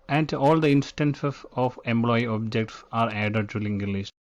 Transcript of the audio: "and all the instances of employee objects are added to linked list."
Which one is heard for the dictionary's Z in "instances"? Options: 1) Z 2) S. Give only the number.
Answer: 2